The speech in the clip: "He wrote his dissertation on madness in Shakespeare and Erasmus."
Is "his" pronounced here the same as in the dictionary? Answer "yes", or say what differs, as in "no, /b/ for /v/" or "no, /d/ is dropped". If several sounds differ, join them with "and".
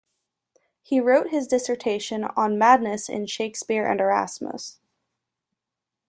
yes